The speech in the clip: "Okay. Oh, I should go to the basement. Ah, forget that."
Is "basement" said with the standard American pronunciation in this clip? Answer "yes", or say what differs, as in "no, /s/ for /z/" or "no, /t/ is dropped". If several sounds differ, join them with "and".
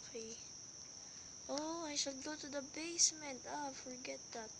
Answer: yes